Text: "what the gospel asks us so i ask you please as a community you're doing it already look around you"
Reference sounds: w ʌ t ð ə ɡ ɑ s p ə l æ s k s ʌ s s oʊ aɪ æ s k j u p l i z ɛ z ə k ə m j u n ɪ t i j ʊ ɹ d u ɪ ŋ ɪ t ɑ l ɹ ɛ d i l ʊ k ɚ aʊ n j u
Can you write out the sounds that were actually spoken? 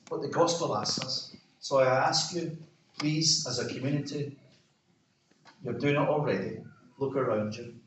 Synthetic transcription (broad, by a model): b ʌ t ð ə ɡ ɑ s p ə l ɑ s s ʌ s s oʊ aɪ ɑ s k j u p l i z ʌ z ə k ə m j u n ɪ t i j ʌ ɹ d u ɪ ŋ ɪ t ɑ l ɹ ɛ d i l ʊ k ɚ aʊ n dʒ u